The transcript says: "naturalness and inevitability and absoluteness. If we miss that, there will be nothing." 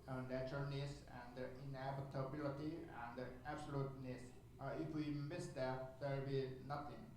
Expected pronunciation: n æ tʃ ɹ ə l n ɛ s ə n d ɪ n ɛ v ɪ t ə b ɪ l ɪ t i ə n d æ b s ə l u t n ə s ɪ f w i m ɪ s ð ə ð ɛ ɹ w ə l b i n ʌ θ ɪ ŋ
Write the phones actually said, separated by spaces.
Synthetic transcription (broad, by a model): n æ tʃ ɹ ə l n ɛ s ə n d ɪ n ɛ b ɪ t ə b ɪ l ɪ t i ə n d æ b s ə l u t n ə s ɪ f w i m ɪ s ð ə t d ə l b i n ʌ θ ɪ ŋ